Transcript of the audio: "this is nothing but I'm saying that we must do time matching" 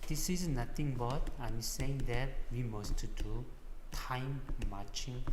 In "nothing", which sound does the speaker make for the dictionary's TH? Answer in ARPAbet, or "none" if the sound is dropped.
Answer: T